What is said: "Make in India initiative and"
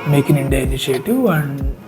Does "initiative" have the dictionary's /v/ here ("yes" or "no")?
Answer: no